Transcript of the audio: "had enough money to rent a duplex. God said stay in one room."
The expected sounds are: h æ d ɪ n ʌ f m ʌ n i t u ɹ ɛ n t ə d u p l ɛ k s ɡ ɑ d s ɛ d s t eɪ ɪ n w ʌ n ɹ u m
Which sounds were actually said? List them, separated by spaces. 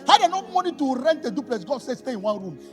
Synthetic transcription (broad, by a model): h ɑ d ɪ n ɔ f m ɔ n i t u ɹ ɛ n t ə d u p l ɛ s ɡ ɑ d s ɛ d s t eɪ ɪ n w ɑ n ɹ u m